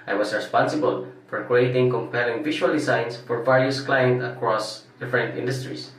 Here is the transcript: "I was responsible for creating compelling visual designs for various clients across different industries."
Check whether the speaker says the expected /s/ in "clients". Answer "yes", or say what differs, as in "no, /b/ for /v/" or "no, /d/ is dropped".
no, /s/ is dropped